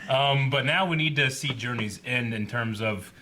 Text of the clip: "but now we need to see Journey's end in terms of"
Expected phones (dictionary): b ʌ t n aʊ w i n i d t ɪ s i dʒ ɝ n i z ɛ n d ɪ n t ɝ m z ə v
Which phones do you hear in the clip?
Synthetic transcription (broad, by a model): b ʌ t n aʊ w i n i d t ɪ s i dʒ ɝ n i z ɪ n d ɪ n t ɝ m z ə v